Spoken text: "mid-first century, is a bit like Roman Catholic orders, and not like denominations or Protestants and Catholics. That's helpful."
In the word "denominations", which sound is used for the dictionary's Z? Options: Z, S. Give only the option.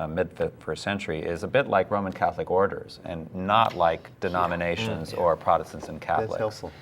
Z